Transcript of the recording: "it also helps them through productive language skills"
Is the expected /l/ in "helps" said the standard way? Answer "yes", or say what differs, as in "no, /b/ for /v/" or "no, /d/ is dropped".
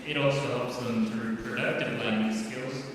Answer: no, /l/ is dropped